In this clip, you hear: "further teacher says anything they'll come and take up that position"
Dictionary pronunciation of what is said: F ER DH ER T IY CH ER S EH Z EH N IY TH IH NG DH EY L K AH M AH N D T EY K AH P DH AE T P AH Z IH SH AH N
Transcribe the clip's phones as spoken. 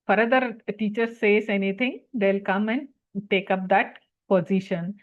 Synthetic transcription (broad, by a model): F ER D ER T IY CH ER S EH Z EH N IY T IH NG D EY L K AH M AH N D T EY K AH P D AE T P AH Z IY SH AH N